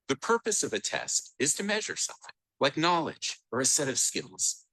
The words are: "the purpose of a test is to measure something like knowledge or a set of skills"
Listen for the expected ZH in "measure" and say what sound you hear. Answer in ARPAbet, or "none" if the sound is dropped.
ZH